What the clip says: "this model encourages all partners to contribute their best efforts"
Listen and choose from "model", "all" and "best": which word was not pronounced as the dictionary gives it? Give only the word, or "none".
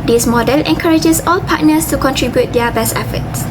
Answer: none